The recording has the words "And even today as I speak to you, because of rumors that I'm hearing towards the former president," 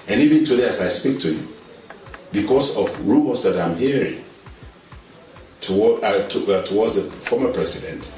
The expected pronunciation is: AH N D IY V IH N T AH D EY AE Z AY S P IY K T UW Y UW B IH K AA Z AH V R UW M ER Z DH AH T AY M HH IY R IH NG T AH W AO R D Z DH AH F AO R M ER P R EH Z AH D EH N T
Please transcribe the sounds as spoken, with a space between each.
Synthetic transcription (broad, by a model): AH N IY V IH N T AH D EY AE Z AY S P IY K T UW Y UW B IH K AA S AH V R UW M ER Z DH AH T AY M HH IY R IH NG T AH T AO W D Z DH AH F AO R M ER P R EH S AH D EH N T